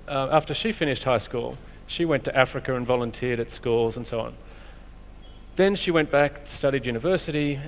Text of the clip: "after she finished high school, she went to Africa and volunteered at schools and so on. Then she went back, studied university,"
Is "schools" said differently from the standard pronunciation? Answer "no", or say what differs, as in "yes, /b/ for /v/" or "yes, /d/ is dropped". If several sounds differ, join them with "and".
no